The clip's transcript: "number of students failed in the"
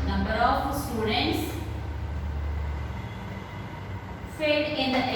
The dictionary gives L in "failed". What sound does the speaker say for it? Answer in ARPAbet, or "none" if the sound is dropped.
none